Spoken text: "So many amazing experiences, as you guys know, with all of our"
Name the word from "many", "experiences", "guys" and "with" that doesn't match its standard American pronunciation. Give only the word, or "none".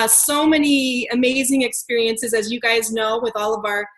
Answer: none